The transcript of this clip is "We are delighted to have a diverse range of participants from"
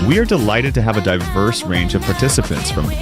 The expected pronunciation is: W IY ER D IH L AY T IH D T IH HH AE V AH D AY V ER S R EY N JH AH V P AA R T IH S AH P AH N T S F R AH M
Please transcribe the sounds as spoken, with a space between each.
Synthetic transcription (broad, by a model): W IY ER D IH L AY T IH D T IH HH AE V AH D AY V ER S R EY N JH AH V P AA R T IH S AH P AH N T S F R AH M